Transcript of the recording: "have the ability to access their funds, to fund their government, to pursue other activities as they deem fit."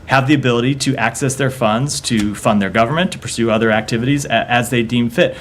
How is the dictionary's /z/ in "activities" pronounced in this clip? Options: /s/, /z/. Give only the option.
/z/